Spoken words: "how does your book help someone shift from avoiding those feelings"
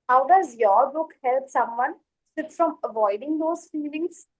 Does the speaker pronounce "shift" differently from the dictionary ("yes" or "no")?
yes